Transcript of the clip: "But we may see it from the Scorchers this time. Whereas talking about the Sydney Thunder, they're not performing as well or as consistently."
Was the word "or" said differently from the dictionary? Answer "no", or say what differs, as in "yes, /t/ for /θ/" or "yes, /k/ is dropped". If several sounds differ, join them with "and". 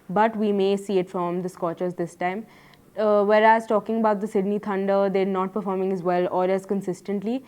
yes, /l/ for /ɹ/